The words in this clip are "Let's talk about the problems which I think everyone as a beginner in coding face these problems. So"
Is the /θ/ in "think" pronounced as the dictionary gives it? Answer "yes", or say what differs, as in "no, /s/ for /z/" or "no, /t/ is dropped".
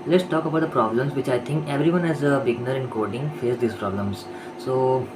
no, /t/ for /θ/